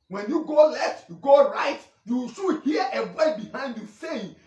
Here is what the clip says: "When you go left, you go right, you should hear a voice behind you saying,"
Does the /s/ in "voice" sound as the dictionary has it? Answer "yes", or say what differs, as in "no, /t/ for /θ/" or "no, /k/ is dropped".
no, /s/ is dropped